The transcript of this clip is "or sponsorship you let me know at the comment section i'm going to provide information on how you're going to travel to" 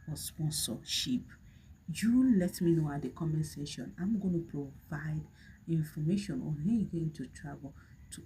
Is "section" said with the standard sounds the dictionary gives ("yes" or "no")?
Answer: no